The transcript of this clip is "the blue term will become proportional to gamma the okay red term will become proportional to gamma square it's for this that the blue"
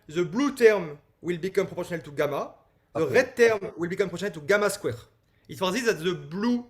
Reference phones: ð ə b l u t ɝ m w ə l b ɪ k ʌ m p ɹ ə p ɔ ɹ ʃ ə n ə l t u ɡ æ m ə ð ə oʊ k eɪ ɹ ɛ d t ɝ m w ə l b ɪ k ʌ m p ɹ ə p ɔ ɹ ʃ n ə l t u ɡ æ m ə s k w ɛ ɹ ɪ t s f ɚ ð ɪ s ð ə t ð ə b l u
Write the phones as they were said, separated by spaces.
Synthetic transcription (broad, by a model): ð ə b l u t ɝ m w ə l b ɪ k ʌ m p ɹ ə p ɔ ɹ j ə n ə l t u ɡ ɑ m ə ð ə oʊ ɹ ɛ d t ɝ m w ə l b ɪ k ʌ m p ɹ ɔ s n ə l t u ɡ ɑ m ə s k w ɛ ɹ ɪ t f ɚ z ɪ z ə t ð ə b l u